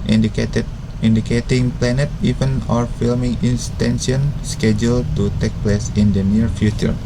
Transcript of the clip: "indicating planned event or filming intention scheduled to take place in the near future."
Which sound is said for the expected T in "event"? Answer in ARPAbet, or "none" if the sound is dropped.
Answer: none